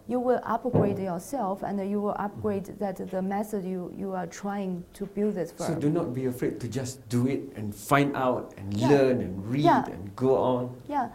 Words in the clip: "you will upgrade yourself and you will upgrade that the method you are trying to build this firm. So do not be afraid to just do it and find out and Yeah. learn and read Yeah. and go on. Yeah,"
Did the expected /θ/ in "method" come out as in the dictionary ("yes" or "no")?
no